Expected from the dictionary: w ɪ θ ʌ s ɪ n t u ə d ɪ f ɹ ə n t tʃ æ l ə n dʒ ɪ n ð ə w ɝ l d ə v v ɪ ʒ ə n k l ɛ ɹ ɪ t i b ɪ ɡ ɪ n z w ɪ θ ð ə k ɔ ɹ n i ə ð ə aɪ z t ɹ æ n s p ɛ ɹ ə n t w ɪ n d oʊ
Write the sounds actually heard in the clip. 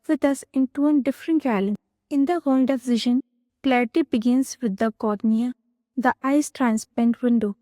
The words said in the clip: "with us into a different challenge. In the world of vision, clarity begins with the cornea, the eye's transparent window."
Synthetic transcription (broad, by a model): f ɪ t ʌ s ɪ n t u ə d ɪ f ɹ ə n t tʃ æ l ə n ɪ n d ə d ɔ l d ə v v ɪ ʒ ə n k l ɛ ɹ ɪ t i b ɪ ɡ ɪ n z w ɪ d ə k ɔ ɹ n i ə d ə aɪ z t ɹ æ n s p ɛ n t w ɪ n d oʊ